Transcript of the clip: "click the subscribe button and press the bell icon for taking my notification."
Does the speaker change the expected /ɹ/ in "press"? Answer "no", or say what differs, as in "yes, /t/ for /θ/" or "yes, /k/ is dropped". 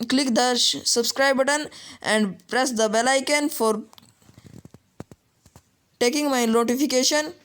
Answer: no